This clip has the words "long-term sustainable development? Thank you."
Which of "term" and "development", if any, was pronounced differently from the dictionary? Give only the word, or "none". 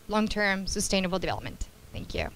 none